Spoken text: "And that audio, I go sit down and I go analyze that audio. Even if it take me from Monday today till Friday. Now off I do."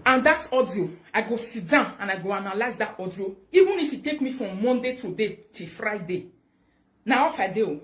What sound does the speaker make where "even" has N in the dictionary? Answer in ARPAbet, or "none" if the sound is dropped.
N